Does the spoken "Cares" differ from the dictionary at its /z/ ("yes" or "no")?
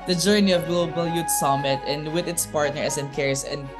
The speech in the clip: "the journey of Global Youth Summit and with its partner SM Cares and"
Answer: yes